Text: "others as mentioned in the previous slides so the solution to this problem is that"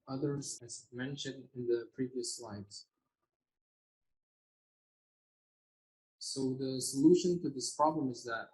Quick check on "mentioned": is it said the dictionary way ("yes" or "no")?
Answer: yes